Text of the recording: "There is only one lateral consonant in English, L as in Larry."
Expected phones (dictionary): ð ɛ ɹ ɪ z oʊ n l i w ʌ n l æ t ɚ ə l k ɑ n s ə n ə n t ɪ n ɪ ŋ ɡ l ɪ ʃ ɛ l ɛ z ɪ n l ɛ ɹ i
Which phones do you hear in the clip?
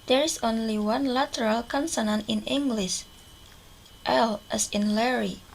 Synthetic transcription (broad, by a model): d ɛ ɹ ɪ s oʊ n l i w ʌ n l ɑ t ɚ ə l k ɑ n s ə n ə n ɪ n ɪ ŋ ɡ l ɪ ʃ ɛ l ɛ s ɪ n l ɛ ɹ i